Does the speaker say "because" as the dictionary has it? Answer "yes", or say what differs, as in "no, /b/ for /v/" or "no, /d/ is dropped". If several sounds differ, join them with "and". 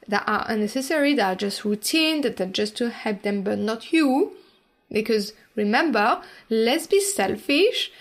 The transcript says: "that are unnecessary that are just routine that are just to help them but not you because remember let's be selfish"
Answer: yes